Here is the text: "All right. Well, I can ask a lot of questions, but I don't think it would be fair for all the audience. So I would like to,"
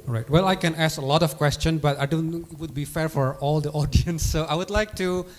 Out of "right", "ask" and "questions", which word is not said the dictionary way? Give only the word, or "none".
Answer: questions